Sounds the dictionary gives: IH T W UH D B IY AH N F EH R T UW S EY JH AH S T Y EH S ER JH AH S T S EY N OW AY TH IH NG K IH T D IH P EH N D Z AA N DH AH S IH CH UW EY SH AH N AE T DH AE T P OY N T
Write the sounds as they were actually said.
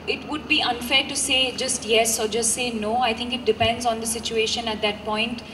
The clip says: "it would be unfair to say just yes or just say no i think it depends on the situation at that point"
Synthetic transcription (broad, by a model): IH T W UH D B IY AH N F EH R T UW S EY JH AH S T Y EH S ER JH AH S T S EY N OW AY T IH NG K IH T D IH P EH N D Z AA N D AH S IH CH UW EY SH AH N AE T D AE T P OY N T